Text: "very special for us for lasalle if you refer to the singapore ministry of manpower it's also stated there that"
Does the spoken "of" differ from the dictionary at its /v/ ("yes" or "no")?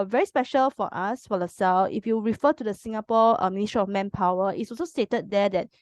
yes